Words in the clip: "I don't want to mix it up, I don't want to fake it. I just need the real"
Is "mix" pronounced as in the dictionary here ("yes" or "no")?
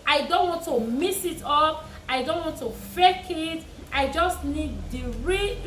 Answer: no